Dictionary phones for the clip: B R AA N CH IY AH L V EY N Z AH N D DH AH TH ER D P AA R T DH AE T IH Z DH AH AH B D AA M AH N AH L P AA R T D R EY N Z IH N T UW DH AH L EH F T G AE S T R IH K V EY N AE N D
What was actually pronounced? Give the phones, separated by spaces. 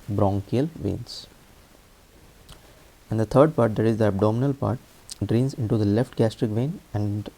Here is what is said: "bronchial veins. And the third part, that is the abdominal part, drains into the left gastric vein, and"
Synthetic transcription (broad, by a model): B R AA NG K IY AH L V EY N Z AH N D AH T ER D P AA R T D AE T IH Z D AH AH B D AA M AH N AH L P AA R T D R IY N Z IH N T UW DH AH L EH F T G AE S T R IH K V EY N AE N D